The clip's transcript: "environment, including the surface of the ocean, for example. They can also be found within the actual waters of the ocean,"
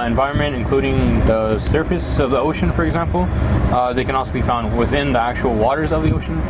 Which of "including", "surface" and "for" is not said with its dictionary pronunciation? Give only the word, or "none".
none